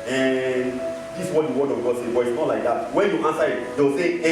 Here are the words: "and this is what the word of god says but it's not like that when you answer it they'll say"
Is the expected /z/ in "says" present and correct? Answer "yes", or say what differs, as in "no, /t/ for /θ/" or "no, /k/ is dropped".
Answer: no, /z/ is dropped